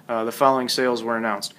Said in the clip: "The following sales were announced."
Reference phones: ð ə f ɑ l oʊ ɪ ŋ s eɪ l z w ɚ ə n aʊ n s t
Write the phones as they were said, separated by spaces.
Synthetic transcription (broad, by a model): ð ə f ɑ l oʊ ɪ ŋ s eɪ l z w ɚ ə n aʊ n s t